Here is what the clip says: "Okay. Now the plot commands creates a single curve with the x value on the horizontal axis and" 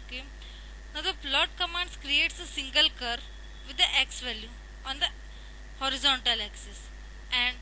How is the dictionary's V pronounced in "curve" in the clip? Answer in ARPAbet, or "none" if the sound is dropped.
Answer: V